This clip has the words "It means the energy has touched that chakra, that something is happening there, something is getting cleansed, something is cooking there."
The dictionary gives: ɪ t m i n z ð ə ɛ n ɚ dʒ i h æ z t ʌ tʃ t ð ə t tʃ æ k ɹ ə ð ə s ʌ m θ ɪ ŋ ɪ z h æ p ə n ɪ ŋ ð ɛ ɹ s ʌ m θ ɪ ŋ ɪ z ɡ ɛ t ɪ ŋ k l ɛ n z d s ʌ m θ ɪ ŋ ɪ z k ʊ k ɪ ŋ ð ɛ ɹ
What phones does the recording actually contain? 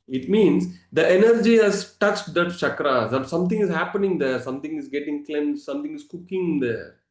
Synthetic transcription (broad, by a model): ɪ t m i n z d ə ɛ n ɚ dʒ i h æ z t ʌ tʃ t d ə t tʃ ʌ k ɹ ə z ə s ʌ m t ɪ ŋ ɪ z h æ p ə n ɪ ŋ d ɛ ɹ s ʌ m t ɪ ŋ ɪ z ɡ ɛ t ɪ ŋ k l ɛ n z s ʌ m t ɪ ŋ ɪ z k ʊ k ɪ ŋ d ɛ ɹ